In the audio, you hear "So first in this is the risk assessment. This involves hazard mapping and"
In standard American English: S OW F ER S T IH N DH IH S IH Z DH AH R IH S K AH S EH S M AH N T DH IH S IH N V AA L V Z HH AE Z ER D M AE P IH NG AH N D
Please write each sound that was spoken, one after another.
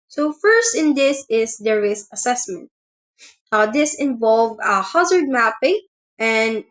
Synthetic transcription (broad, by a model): S OW F ER S T IH N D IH S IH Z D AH R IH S AH S EH S M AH N T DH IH S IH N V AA L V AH HH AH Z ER D M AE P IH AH N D